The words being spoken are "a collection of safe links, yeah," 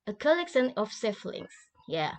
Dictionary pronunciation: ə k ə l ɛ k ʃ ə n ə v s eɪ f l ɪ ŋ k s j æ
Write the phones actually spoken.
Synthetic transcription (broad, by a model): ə k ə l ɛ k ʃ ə n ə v s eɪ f l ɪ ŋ s j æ